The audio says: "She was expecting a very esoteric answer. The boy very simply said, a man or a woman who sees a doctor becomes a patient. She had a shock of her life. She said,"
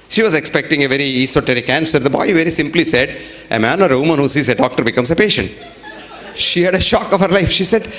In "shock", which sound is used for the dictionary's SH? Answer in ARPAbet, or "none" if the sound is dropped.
SH